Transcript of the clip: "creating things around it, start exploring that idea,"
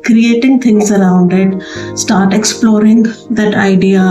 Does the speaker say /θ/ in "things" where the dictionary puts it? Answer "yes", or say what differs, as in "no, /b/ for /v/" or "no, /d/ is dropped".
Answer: no, /t/ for /θ/